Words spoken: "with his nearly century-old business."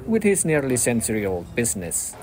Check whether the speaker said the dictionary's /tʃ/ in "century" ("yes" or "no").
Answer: no